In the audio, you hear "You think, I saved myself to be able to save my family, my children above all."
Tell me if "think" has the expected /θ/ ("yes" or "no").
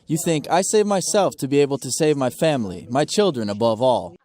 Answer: yes